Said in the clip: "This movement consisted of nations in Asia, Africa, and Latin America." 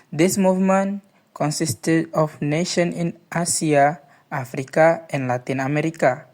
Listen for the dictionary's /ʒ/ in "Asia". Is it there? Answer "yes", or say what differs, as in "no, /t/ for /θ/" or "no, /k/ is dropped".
no, /s/ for /ʒ/